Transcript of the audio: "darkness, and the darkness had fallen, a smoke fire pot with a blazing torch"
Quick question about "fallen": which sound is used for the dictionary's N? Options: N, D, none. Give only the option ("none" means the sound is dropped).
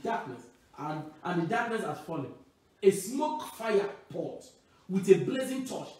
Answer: none